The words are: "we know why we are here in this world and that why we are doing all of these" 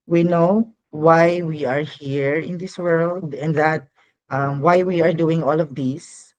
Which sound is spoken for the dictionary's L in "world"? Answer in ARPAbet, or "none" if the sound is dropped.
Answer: L